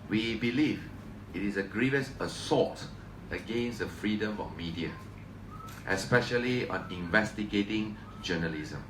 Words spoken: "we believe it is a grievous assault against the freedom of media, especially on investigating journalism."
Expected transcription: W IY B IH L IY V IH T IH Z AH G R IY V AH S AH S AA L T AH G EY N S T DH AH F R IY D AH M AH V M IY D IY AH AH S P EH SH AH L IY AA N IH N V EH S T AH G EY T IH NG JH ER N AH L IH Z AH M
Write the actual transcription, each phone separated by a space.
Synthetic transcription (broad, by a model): W IY B IH L IY V IH T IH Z AH G R IY V AH S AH S AA T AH G EY N S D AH F R IY D AH M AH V M IY D IY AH AH S P EH SH AH L IY AA N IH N V EH S T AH G EY T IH NG JH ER N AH L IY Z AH M